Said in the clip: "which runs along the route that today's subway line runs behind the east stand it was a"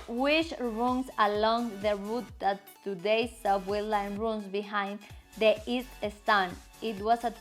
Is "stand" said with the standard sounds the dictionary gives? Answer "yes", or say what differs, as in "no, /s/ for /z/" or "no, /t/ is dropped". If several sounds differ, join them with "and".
no, /d/ is dropped